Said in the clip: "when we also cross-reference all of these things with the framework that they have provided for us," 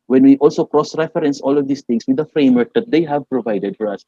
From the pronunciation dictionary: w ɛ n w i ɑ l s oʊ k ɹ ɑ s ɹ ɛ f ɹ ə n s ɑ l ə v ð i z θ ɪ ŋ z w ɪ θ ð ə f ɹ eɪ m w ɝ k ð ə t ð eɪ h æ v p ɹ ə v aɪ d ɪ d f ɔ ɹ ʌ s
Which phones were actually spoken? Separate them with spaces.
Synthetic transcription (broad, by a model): w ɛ n w i ɑ l s oʊ k ɹ ɑ s ɹ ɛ f ɹ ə n s ɑ l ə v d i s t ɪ ŋ s w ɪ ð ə f ɹ eɪ m w ɝ k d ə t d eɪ h æ v p ɹ ə v aɪ d ɪ d f ɔ ɹ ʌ s